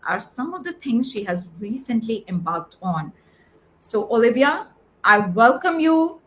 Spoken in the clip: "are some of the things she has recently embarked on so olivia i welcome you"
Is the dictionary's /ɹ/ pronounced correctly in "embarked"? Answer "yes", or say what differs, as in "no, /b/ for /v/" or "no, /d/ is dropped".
no, /l/ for /ɹ/